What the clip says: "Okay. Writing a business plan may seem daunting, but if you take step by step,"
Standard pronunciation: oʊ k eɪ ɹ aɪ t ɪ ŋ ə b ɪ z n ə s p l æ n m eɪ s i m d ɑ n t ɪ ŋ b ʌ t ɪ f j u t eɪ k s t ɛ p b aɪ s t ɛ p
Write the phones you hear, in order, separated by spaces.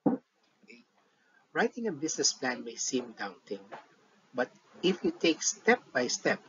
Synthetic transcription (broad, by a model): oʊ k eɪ ɹ aɪ t ɪ ŋ ə b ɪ s n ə s p l æ n m eɪ s i m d ɑ n t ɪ ŋ b ʌ t ɪ f j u t eɪ k s t ɛ p b aɪ s t ɛ p